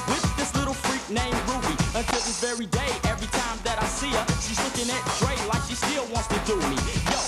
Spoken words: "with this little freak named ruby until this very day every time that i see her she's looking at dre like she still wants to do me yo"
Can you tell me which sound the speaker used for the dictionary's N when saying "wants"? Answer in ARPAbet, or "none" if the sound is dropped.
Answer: N